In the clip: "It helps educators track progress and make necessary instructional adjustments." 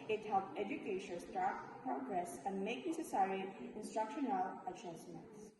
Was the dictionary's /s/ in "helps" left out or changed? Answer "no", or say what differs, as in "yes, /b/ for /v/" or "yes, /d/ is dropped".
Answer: yes, /s/ is dropped